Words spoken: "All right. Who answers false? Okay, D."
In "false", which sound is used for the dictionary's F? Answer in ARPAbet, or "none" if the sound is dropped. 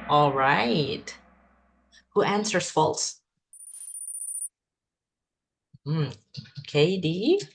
F